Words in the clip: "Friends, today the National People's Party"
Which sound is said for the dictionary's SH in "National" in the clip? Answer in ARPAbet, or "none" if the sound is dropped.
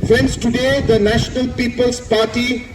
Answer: SH